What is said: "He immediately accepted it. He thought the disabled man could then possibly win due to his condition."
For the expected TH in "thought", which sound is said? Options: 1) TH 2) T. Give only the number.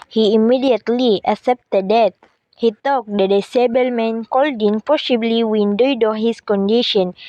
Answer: 2